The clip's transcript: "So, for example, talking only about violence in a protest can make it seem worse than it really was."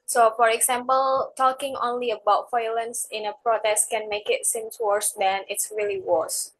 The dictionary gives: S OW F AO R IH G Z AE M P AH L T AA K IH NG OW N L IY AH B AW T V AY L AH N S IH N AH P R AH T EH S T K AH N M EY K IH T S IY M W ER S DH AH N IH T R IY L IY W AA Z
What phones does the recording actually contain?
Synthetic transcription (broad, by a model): S OW F AO R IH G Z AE M P AH L T AA K IH NG OW N L IY AH B AW T F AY L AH N S IH N AH P R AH T EH S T K AH N M EY K IH T S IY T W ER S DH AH N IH T R IY L IY W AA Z